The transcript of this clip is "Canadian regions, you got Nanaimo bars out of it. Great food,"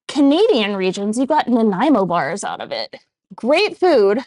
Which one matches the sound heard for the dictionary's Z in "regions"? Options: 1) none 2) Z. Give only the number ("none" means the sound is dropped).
2